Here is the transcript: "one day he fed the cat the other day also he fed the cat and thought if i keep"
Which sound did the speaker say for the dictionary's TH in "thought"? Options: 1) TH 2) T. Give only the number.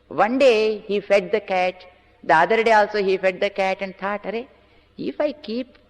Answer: 2